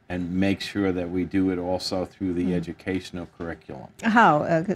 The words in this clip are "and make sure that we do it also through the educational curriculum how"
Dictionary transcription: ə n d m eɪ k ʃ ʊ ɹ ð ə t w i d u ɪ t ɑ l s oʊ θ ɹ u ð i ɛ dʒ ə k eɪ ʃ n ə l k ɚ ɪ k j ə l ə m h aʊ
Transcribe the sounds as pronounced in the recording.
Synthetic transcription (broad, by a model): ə n m eɪ k ʃ ʊ ɹ ð ə t w i d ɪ ɪ t ɑ l s oʊ θ ɹ u ð i ɛ dʒ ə k eɪ ʃ n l k ɚ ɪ k j l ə m h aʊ